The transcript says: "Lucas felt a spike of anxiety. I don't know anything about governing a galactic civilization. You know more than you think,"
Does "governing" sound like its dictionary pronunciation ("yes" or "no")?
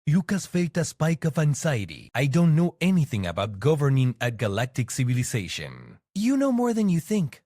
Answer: yes